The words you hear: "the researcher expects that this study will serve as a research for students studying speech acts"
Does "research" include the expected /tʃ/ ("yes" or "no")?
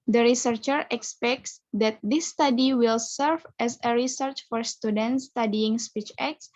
yes